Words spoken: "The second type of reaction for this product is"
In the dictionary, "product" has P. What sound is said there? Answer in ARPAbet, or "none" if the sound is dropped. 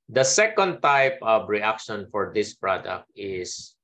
P